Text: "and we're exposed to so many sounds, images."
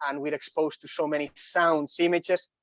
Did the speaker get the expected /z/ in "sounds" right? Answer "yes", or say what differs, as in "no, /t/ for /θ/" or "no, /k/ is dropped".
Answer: no, /s/ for /z/